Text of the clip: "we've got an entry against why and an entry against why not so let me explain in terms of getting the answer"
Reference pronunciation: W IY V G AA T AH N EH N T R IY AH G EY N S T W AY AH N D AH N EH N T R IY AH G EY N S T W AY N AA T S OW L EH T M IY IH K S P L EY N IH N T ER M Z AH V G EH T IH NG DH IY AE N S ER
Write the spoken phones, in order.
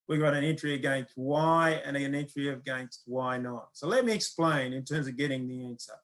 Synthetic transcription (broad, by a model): W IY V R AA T AH N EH N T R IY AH G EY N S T W AY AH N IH AH N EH N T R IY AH G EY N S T W AY N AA T S OW L EH T M IY IH K S P L EY N IH N T ER M Z AH V G EH T IH NG DH IY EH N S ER